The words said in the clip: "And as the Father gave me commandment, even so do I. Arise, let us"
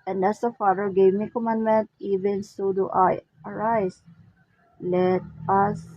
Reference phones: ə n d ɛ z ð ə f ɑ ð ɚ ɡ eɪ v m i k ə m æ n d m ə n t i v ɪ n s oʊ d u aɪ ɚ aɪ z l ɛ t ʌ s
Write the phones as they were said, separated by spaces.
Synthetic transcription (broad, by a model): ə n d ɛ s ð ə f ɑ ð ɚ ɡ eɪ v m i k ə m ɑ n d m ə n t i v ɪ n s oʊ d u aɪ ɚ aɪ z l ɛ t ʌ s